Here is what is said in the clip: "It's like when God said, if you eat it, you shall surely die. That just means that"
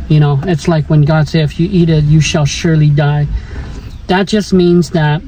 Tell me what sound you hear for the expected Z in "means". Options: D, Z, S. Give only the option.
Z